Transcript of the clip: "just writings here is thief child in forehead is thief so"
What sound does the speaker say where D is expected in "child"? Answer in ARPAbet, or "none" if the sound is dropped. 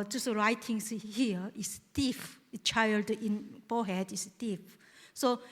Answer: D